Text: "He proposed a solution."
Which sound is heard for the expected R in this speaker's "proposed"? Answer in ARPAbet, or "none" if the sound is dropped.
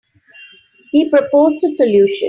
R